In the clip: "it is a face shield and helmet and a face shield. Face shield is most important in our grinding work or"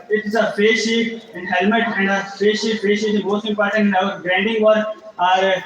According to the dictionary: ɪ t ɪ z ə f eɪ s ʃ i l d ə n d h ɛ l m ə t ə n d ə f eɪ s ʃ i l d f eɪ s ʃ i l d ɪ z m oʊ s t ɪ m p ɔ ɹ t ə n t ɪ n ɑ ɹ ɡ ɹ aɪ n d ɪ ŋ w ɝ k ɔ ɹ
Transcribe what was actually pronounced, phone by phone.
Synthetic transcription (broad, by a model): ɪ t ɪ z ə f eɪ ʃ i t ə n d h ɛ l m ə t ə n d ə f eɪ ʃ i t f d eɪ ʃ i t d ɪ m oʊ s t ɪ m p ɔ ɹ t ə n t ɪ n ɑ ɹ ɡ ɹ aɪ n d ɪ ŋ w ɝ ɔ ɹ